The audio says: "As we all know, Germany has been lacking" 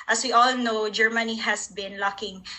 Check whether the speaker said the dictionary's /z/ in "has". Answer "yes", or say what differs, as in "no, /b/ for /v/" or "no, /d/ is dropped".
no, /s/ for /z/